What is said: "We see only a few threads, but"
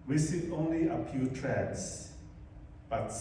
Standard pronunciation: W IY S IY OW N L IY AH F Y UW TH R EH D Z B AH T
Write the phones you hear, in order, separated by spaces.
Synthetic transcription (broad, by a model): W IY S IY OW N L IY AH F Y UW T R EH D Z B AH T